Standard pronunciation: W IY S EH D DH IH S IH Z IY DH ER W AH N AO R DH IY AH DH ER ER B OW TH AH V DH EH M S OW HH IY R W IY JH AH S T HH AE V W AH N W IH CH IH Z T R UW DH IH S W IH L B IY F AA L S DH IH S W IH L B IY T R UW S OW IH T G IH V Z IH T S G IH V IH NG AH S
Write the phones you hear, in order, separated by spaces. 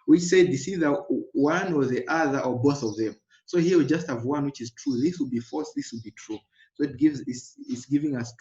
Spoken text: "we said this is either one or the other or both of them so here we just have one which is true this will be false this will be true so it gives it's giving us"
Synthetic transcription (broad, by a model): W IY S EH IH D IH S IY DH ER W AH N AO R DH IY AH DH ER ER B OW TH AH V DH EH M S OW HH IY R W IY JH AH S T HH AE V W AH N W IH CH IH Z T R UW DH IH S W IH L B IY F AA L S DH IH S W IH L B IY T R UW S OW IH T G IH V Z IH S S G IH V IH NG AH S